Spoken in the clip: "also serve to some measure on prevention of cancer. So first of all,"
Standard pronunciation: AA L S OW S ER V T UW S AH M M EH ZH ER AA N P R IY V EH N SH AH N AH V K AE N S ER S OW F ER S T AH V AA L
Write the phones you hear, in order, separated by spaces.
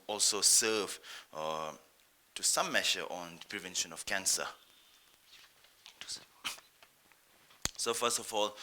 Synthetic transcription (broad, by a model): AA L S OW S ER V T UW S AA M M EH SH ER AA N P R IY V EH N SH AH N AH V K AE N S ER S OW F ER S T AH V AA L